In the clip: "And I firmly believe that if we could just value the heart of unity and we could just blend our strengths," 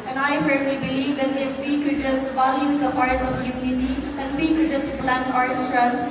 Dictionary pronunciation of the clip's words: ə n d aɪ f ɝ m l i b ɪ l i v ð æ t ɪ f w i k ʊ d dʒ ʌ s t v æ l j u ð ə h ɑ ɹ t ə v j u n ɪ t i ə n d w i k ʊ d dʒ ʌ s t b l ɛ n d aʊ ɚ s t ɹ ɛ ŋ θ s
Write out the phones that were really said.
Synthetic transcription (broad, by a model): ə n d aɪ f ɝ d l i b ɪ l i v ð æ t ɪ f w i k ʊ d dʒ ʌ s t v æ l j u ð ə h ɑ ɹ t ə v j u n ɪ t i ə n d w i k ʊ d dʒ ʌ s t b l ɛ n aʊ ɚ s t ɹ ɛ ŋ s